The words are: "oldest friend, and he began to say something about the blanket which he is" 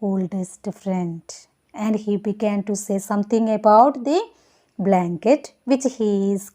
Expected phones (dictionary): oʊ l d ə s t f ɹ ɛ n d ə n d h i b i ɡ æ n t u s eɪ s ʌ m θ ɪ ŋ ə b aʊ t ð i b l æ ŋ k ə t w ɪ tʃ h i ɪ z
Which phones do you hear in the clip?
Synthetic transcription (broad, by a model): oʊ l d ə s t f ɹ ɛ n d ə n d h i b i ɡ æ n t u s eɪ s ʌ m t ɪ ŋ ə b aʊ t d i b l æ ŋ k ə t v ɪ tʃ h i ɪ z